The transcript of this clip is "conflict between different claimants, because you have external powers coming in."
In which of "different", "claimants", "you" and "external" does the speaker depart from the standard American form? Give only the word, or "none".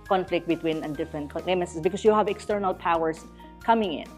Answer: claimants